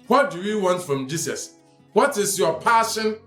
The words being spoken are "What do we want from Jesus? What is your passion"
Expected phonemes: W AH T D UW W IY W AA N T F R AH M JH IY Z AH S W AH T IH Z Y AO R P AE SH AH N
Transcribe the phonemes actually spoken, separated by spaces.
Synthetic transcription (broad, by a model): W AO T D UW W IY W AA N T F R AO M JH IY S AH S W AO T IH S Y AO P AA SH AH N